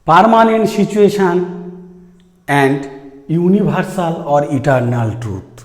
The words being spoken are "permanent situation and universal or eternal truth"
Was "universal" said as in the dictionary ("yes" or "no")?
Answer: no